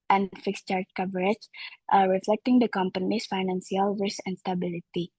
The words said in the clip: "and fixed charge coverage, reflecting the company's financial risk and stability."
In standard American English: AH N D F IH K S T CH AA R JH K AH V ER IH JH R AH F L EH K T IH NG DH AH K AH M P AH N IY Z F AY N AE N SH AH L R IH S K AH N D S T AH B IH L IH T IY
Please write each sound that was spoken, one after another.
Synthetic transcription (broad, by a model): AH N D F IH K S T CH AA R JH K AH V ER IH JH R AH F L EH K T IH NG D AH K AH M P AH N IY S F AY N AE N S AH L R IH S AH N D S T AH B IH L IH T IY